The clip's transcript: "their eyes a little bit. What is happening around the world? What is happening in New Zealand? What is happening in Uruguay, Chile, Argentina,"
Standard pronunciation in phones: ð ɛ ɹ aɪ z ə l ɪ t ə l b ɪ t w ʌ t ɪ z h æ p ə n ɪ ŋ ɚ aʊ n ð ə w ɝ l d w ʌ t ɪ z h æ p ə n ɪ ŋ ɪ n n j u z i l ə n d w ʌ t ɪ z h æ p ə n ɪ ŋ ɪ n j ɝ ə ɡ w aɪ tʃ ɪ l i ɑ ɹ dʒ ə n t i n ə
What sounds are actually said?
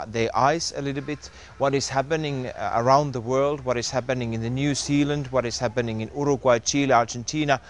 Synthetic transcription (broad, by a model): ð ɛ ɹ aɪ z ə l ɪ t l b ɪ t w ʌ t ɪ z h æ p ə n ɪ ŋ ɚ aʊ n ð ə w ɝ l d w ʌ t ɪ z h æ p ə n ɪ ŋ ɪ n n j u z i l ə n d w ʌ t ɪ z h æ p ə n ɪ ŋ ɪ n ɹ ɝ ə ɡ w aɪ tʃ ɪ l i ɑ ɹ dʒ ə n t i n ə